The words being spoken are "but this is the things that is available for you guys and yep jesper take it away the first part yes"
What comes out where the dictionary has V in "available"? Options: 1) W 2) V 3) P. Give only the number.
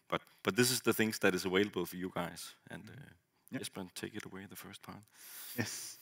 1